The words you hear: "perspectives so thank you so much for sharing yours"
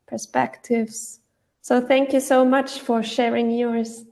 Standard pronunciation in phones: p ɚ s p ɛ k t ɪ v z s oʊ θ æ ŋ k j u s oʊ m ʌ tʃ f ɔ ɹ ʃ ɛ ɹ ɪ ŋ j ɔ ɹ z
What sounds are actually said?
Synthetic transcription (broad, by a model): p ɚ s p ɛ k t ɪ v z s oʊ θ æ ŋ k j u s oʊ m ʌ tʃ f ɔ ɹ ʃ ɛ ɹ ɪ ŋ j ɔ ɹ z